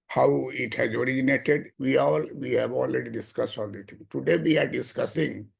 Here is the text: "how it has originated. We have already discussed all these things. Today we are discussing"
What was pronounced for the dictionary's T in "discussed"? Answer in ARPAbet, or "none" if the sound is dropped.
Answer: T